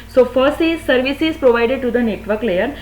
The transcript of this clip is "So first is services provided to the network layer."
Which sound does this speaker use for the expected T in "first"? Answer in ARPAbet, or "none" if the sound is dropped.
none